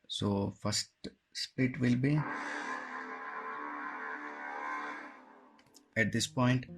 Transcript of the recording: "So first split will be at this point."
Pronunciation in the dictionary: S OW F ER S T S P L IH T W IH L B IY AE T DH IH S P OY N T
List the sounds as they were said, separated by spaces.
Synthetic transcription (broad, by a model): S OW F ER S T S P IH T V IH L B IY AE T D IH S P OY N T